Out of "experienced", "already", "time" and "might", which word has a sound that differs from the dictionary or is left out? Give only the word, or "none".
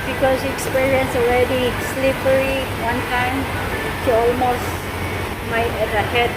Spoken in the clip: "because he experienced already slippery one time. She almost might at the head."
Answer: experienced